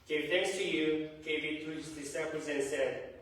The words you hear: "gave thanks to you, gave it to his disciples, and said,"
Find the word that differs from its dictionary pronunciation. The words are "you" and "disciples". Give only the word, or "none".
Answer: disciples